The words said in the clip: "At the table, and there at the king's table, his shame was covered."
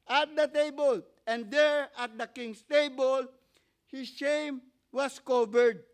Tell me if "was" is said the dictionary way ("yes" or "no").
no